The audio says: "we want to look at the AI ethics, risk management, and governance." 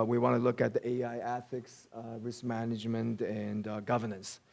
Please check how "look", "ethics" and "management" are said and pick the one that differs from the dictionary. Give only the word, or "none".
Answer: none